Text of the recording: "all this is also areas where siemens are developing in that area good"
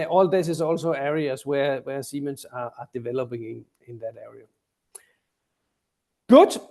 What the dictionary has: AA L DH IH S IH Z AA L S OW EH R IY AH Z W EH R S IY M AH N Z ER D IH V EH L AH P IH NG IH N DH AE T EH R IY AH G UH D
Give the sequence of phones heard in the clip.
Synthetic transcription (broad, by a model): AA L DH IH S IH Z AA L S OW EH R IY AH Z W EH W S IY M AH N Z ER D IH V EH L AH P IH NG IH N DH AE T EH R IY AH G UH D